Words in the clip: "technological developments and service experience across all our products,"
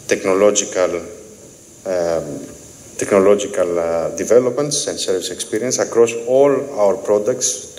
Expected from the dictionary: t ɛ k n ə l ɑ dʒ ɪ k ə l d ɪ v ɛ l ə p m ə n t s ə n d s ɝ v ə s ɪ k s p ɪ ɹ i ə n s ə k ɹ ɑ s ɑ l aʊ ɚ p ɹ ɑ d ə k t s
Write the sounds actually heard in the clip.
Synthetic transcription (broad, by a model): t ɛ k n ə l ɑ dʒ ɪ k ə l d ɪ v ɛ l ə p m ə n t s ə n d s ɝ v ə s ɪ k s p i ɹ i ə n s ə k ɹ ɑ s ɑ l aʊ ɚ p ɹ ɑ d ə k t s